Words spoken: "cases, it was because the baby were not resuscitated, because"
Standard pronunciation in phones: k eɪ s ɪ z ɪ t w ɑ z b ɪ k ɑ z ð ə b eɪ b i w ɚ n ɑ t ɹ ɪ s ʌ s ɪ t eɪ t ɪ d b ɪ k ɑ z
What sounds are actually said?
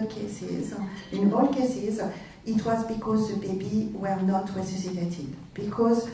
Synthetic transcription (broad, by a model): k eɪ s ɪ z ɪ t w ɑ z b ɪ k ɑ z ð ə b eɪ b i w ɚ n ɑ t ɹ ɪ s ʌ s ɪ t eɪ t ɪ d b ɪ k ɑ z